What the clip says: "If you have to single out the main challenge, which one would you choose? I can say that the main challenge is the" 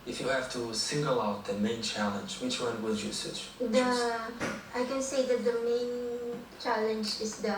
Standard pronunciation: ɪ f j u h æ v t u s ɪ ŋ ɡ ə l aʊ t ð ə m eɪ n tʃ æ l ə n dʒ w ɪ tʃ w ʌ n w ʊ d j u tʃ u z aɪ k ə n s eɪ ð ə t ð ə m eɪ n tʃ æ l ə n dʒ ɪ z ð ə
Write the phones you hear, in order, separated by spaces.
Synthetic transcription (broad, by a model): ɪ f j u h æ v t u s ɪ ŋ ɡ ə l aʊ t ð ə m eɪ n tʃ æ l ə n dʒ w ɪ tʃ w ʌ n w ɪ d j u s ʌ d aɪ k ə n s eɪ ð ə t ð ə m eɪ n tʃ æ l ə n dʒ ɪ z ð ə